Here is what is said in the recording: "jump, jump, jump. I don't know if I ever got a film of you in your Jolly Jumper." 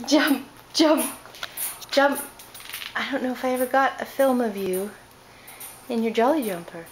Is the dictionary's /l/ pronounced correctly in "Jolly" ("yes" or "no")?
yes